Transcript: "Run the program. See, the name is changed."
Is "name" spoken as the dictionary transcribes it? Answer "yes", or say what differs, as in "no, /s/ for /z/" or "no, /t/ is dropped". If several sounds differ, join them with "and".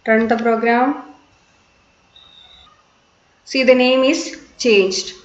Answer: yes